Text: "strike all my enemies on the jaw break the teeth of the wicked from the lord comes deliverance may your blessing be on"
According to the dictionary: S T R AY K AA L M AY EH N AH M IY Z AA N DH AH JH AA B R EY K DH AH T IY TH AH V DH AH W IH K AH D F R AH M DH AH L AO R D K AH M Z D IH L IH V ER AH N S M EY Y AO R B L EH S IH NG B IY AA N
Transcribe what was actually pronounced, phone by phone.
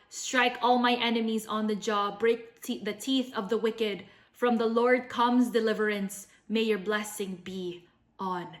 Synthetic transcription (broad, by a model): S T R AY K AA L M AY EH N AH M IY Z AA N DH AH JH AA B R EY K DH AH T IY TH AH V DH AH W IH K AH D F R AH M DH AH L AO R D K AH M Z D IH L IH V ER AH N S M EY Y AO R B L EH S IH NG B IY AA N